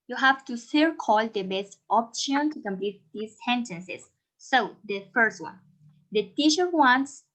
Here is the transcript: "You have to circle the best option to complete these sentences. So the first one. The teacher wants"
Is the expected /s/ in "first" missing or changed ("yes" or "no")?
no